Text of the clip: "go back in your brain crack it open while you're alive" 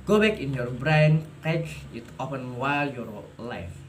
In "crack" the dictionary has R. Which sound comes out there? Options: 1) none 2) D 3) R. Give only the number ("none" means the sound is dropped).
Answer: 1